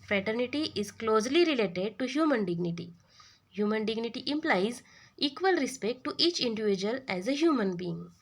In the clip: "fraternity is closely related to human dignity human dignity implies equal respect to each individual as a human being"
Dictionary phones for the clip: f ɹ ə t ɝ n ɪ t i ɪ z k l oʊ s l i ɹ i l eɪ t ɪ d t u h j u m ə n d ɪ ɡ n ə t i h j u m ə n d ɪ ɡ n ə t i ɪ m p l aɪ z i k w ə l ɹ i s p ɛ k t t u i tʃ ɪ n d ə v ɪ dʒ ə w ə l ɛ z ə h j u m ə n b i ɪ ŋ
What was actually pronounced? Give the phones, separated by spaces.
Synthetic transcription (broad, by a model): f ɹ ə t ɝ n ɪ t i ɪ z k l oʊ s l i ɹ i l eɪ t ɪ d t u h j u m ə n d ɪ ɡ n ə t i h j u m ə n d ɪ ɡ n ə t i ɪ m p l aɪ z i k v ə l ɹ i s p ɛ k t t u i tʃ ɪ n d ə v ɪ dʒ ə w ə l ɛ z ə h j u m ə n b i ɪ ŋ